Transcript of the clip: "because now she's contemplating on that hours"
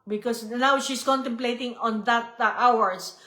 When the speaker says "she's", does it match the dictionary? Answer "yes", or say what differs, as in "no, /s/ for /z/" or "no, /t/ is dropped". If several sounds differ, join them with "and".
no, /s/ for /z/